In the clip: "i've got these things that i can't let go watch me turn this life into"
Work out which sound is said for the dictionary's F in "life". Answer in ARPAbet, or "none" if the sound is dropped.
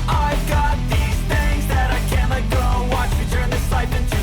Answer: P